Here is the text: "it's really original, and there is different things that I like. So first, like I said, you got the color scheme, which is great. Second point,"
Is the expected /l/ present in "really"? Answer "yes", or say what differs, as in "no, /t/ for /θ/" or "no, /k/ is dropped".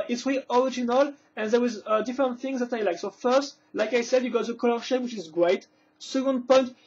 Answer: no, /l/ is dropped